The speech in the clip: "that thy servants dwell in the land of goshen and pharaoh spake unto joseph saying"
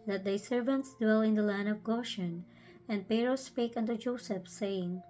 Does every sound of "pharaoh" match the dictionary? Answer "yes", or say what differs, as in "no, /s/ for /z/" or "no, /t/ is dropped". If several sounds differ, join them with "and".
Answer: no, /p/ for /f/